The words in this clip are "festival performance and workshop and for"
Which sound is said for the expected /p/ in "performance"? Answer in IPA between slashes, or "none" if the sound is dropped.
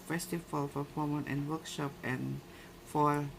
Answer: /f/